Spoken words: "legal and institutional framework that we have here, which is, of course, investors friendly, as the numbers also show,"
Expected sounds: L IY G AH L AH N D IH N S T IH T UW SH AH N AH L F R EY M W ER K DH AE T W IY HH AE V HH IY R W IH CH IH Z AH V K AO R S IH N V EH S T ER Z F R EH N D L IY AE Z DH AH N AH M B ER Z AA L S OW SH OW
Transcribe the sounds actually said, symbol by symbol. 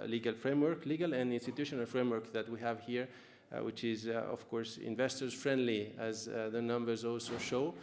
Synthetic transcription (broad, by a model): L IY G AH L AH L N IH N S T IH T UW SH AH N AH L F R EY M W ER K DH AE T W IY HH AE V HH IY R W IH CH IH Z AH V K AO R S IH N V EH S T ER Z F R EH N D L IY AE Z DH AH N AH M B ER Z AA L S OW SH OW